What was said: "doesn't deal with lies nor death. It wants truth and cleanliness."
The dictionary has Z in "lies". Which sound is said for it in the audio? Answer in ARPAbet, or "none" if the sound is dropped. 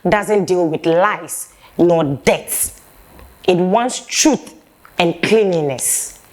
S